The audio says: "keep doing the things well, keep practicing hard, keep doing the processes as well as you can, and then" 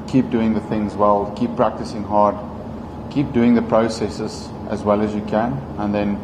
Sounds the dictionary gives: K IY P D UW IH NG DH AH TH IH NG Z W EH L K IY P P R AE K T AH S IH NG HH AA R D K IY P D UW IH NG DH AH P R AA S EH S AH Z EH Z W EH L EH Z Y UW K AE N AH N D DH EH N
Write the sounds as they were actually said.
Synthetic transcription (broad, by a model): K IY P D UW IH NG DH AH TH IH NG Z W EH L K IY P P R AE K T AH S IH NG HH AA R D K IY P D UW IH NG DH AH P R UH S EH S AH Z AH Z W EH L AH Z Y UW K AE N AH N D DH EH N